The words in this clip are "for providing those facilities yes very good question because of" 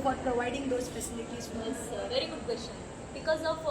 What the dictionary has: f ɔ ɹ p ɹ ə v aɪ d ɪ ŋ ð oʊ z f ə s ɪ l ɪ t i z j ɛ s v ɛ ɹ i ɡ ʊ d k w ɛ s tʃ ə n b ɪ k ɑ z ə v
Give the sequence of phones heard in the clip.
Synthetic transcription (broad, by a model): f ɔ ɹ p ɹ ə v aɪ d ɪ ŋ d oʊ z p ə s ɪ n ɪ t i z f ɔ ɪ v ɛ ɹ i ɡ ʊ d k w ɛ s tʃ ə n b ɪ k ɑ z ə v